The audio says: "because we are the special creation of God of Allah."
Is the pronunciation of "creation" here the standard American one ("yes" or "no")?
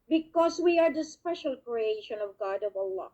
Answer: yes